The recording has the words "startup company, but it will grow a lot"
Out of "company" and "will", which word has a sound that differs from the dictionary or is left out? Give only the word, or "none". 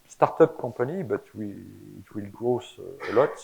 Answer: company